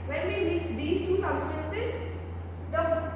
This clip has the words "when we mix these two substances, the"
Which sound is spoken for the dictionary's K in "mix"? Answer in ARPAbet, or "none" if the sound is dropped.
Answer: none